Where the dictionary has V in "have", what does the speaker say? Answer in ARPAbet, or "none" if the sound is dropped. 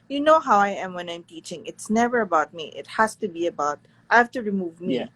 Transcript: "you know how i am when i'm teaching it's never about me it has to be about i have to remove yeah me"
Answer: F